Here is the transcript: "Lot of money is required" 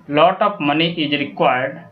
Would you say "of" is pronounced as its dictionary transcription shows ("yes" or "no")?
no